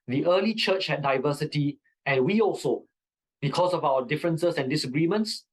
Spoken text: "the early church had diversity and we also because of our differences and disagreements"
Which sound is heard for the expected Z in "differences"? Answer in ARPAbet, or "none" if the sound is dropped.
S